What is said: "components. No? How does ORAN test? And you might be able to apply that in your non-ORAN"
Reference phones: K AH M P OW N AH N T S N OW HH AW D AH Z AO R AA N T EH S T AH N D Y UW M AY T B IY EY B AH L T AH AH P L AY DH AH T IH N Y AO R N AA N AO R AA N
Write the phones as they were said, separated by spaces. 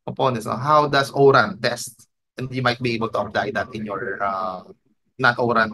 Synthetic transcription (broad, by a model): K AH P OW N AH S N OW HH AW D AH S AO R AA N T EH S T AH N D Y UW M AY T B IY EY B AH L T AH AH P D AY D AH T IH N Y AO R N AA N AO R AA N